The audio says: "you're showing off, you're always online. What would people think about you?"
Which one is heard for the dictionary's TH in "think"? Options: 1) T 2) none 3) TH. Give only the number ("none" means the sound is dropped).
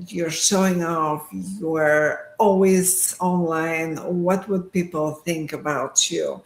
3